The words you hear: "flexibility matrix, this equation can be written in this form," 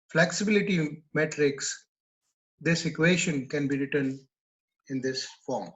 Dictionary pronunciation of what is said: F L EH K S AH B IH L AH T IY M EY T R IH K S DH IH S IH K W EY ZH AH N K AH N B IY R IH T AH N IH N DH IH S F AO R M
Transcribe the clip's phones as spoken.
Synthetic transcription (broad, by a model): F L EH K S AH B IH L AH T IY M EY T R IH K S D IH S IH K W EY SH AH N K AH N B IY R IH T AH N IH N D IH S F AO R M